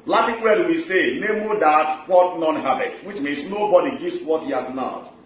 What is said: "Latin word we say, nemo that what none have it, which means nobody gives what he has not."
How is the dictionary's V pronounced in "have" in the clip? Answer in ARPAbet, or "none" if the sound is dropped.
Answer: B